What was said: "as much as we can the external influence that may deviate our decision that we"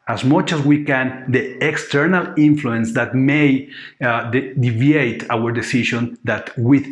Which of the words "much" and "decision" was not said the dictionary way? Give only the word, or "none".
decision